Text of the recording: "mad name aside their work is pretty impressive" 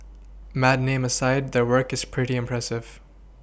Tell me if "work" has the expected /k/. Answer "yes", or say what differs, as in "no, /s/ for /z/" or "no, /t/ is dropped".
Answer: yes